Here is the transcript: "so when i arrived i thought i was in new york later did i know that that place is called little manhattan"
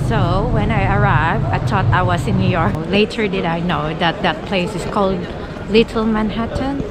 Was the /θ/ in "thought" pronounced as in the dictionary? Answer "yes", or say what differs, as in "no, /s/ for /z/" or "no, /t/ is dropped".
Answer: no, /t/ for /θ/